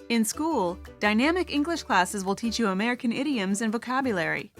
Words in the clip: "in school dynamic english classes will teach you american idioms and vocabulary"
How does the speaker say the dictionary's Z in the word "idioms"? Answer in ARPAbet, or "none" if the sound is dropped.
Z